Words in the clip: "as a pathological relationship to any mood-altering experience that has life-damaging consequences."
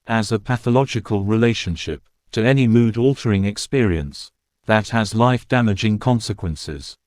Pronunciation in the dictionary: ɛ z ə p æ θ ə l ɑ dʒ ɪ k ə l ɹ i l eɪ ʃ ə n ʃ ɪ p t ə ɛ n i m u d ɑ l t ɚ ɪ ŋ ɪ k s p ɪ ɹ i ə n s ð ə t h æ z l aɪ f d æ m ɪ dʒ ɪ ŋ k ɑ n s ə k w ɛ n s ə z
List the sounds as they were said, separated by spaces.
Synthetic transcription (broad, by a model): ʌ z ə p æ θ ə l ɑ dʒ ɪ k ə l ɹ i l eɪ ʃ ə n ʃ ɪ p t ə ɛ n i m u d ɑ l t ɚ ɪ ŋ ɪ k s p ɪ ɹ i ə n s ð ə t h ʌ z l aɪ f d æ m ɪ dʒ ɪ ŋ k ɑ n s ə k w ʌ n s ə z